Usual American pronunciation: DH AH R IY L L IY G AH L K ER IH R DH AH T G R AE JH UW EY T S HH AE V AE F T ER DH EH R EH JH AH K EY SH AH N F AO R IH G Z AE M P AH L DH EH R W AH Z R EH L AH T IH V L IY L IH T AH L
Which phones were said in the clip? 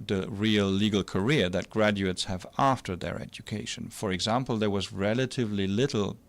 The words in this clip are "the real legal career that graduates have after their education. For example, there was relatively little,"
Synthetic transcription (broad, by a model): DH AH R IY L L IY G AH L K ER IH R DH AH T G R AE JH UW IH T S HH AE V AE F T ER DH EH R EH JH AH K EY SH AH N F AO R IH G Z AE M P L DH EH R W AH Z R EH L AH T IH V L IY L IH T L